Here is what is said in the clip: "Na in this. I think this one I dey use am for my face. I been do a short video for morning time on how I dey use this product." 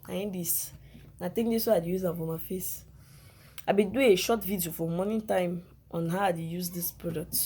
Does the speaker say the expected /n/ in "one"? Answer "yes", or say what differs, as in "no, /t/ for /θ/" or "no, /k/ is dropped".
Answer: no, /n/ is dropped